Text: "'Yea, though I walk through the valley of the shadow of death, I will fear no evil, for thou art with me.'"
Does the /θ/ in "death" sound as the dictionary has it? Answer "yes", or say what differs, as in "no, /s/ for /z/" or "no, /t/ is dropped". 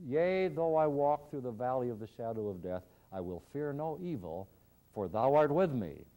yes